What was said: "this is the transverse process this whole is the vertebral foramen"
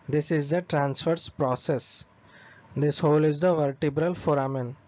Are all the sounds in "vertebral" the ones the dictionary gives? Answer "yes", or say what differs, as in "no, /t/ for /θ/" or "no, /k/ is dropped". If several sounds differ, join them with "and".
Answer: yes